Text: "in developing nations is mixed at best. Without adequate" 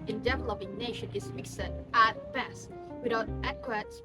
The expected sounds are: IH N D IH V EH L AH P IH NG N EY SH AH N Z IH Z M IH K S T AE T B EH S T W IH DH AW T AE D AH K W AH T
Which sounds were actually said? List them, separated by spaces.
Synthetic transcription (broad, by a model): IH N D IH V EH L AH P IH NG N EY SH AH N IH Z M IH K S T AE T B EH S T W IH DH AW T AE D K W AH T